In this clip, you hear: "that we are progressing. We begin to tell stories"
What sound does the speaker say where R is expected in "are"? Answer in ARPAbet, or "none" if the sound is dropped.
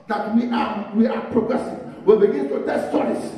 W